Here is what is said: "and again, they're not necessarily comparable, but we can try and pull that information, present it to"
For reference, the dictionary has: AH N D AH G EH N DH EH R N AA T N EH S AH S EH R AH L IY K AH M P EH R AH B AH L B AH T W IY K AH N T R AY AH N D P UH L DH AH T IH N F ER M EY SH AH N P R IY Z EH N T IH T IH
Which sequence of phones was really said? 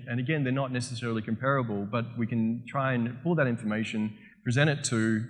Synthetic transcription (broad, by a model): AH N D AH G EH N DH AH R N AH T N EH S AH S EH R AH L IY K AH M P EH R AH B AH L B AH T W IY K AH N T R AY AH N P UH L DH AH T IH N F ER M EY SH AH N P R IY Z EH T IH T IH